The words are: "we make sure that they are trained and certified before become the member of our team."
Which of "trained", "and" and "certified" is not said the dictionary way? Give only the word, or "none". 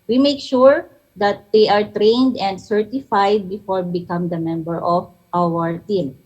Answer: none